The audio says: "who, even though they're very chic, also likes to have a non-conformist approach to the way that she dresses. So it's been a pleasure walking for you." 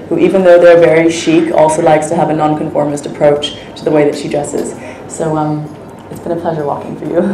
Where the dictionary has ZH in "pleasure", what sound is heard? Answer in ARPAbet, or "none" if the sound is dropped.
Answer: ZH